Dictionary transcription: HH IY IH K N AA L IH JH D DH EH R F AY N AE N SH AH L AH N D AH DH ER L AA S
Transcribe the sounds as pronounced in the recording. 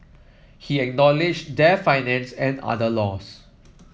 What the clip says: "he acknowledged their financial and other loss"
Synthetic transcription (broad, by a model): HH IY IH K N AA L IH JH D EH F AY N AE N S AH N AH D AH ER L AA S